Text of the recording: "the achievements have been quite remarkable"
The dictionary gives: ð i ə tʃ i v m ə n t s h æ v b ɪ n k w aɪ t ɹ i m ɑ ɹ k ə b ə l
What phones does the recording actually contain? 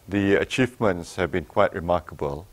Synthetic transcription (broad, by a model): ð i ə tʃ i v m ə n t s h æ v b ɪ n k w aɪ t ɹ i m ɑ k ə b ə l